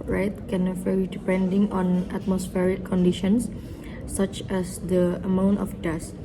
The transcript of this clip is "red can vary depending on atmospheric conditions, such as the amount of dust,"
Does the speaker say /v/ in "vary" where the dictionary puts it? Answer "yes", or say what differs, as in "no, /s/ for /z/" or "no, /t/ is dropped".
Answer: no, /f/ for /v/